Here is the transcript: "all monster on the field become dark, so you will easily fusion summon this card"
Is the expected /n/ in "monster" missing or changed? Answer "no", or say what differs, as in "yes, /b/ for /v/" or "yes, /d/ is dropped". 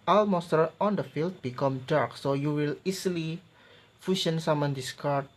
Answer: yes, /n/ is dropped